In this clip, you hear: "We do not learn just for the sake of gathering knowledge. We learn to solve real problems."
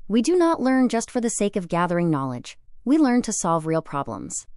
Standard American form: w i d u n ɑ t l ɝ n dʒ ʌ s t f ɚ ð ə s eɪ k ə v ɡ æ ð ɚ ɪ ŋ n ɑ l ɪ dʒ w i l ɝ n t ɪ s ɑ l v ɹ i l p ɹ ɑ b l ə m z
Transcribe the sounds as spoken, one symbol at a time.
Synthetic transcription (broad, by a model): w i d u n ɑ t l ɝ n dʒ ʌ s t f ɚ ð ə s eɪ k ə v ɡ æ ð ɚ ɪ ŋ n ɑ l ɪ dʒ w i l ɝ n t ɪ s ɑ l v ɹ i l p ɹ ɑ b l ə m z